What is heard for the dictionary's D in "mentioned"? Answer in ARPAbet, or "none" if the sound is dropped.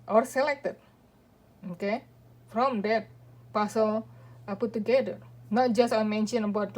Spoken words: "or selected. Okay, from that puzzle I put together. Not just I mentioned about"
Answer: none